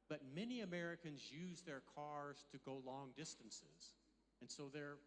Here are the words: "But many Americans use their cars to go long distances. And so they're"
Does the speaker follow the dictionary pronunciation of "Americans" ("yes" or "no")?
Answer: yes